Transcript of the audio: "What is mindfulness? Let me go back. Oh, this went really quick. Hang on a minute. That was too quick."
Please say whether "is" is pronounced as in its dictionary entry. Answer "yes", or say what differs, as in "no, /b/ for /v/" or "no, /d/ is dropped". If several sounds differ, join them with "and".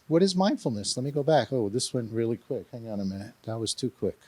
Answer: yes